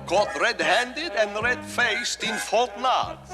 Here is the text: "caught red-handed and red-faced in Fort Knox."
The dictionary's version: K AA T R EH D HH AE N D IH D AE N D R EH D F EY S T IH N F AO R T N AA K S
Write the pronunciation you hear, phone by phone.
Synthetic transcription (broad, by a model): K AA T R EH D HH AE N D IH D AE N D R EH D F EY S T IH N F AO L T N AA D